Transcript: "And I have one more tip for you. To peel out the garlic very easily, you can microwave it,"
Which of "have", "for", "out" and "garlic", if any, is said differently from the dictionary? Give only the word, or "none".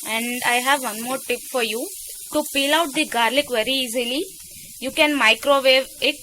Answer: none